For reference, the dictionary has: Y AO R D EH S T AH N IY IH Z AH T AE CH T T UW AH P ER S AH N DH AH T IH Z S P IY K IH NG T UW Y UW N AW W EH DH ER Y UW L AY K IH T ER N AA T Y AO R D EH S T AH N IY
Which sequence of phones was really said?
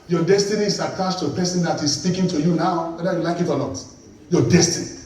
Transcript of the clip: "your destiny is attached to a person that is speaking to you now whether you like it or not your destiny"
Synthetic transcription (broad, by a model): Y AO D EH S T AH N IY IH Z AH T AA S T T UW AH P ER S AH N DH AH T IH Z S P IY K IH NG T UW Y UW N AW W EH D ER Y UW L AY K IH T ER L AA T Y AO D EH S T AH N IY